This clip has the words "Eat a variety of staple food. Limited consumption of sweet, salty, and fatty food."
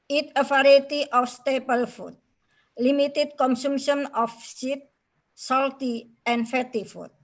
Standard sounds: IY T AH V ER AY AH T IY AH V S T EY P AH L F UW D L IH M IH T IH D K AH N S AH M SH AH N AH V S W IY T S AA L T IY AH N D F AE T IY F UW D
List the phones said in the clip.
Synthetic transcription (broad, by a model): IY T AH F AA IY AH T IY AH F S T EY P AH L F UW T L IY M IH T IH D K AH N S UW M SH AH N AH F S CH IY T S AA L T IY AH N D F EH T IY F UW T